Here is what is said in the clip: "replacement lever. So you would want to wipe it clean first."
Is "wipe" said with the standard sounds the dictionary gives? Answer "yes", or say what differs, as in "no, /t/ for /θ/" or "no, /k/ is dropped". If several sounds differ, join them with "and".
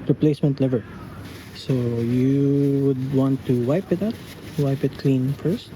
yes